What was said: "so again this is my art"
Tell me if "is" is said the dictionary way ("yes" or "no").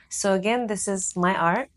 yes